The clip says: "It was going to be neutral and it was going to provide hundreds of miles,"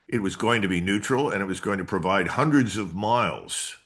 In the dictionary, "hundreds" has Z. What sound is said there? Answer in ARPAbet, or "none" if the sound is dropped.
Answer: Z